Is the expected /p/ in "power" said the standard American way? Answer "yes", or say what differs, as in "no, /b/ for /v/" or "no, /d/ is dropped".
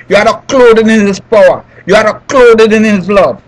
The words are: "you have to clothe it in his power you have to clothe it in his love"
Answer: yes